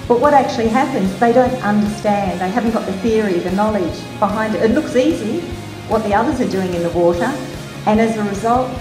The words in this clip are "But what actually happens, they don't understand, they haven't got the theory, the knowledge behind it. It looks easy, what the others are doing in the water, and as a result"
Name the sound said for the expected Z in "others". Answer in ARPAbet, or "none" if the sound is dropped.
Z